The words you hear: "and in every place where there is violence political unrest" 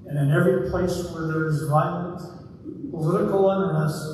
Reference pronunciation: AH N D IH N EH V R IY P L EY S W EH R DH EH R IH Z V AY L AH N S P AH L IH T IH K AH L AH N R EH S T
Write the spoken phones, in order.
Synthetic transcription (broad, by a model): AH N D IH N EH V R IY P L EY S W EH R DH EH R IH Z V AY AH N P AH L IH T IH K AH L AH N R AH S